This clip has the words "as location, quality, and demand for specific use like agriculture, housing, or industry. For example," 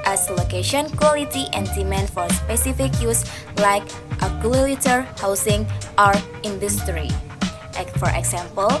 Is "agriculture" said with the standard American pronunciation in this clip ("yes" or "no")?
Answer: no